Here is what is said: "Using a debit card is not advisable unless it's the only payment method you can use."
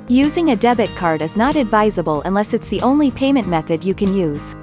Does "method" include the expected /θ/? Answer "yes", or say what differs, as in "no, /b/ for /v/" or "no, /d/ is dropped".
yes